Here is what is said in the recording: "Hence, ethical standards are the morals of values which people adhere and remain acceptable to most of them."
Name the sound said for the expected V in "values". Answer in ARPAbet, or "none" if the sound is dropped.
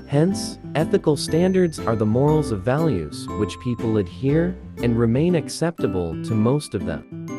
V